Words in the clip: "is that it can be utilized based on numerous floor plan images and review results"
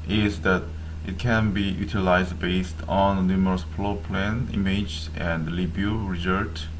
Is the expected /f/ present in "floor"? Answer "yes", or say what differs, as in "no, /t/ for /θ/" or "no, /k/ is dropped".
no, /p/ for /f/